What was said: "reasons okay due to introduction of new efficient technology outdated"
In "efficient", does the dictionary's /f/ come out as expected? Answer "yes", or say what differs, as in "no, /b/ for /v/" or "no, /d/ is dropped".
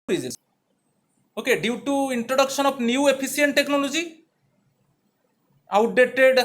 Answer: no, /p/ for /f/